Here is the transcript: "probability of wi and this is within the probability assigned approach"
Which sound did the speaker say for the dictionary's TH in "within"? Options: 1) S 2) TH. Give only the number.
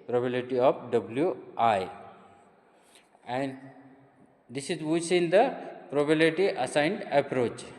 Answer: 1